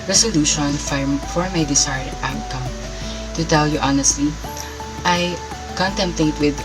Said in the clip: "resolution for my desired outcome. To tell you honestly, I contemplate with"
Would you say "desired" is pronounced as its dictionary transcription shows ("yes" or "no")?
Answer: no